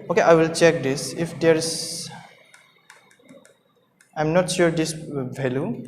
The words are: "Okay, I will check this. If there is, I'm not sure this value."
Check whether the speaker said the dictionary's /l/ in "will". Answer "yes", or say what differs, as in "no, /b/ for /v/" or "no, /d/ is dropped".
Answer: yes